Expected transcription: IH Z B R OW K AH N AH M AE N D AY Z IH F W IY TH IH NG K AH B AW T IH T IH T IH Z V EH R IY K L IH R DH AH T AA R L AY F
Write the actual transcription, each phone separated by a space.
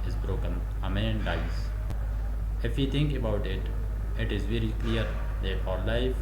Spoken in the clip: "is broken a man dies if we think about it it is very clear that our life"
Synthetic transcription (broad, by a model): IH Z B R OW K AH N AH M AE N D AY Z IH F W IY T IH NG K AH B AW T IH T IH T IH Z V EH R IY K L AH R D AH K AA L AY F